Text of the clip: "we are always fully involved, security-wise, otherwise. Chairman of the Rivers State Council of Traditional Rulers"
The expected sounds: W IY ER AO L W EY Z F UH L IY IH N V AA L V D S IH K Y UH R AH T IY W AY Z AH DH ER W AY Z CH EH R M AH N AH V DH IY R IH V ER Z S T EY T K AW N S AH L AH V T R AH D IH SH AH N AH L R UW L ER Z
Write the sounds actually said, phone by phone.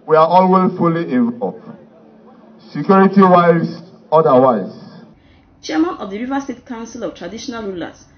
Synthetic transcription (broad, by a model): W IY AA AO L W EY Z F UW L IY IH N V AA V S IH K Y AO R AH T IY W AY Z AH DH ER W AY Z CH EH M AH N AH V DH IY R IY V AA S T EY T K AW N S AH L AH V T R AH D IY SH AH N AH L R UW L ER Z